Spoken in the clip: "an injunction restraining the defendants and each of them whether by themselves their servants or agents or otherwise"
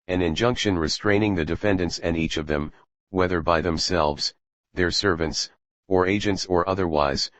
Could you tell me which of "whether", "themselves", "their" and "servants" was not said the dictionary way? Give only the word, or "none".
none